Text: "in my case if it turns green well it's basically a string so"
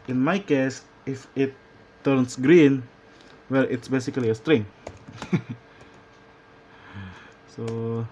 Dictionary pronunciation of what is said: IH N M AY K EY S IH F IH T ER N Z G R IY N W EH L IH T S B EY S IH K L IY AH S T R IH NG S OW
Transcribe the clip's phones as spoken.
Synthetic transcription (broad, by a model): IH N M AY K EY S IH F IH T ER N S G R IY N W EH L IH T S B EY S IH K L IY AH S T R IH NG S OW